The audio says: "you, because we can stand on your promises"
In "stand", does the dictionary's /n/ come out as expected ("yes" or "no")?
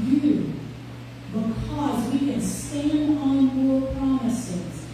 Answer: yes